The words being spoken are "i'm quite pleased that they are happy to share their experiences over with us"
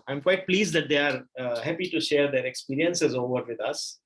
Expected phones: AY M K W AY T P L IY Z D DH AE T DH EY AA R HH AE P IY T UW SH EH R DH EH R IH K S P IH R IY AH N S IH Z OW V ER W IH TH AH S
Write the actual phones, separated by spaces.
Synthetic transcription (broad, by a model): AY M K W AY T P L IY Z D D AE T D EY AA R HH AE P IY T UW SH EH R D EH R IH K S P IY R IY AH N S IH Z OW V ER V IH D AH S